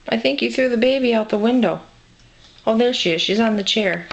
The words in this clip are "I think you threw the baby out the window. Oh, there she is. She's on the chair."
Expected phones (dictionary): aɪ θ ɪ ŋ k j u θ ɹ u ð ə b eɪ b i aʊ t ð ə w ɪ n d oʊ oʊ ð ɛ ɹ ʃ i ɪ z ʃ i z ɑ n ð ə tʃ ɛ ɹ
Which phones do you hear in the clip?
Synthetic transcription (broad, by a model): aɪ θ ɪ ŋ k j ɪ θ ɹ u ð ə b eɪ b i aʊ t ð ə w ɪ n d oʊ oʊ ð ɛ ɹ ʃ i ɪ z ʃ i z n ð ə tʃ ɛ ɹ